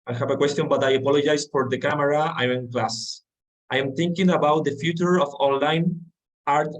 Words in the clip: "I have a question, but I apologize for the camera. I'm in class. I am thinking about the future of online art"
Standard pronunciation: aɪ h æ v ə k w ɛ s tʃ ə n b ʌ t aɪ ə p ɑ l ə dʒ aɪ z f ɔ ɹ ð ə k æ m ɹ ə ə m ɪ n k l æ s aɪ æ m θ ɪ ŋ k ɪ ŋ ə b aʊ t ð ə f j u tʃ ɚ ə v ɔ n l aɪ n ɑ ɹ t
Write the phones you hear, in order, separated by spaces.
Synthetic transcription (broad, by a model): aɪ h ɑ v ə k w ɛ s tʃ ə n b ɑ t aɪ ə p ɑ l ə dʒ aɪ s f ɔ ɹ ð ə k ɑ m ɹ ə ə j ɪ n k l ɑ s aɪ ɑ m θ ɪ ŋ k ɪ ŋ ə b aʊ t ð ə f j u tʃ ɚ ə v ɔ n l aɪ n ɑ ɹ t